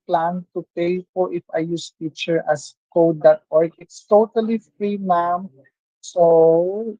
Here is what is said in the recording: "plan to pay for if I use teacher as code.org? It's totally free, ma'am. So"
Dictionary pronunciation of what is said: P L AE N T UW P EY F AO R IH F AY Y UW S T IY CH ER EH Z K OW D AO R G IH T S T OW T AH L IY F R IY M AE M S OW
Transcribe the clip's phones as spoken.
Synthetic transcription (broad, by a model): P L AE N T UW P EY P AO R IH F AY Y UW S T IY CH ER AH S K OW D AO R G IH T S T OW T AH L IY F R IY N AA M S OW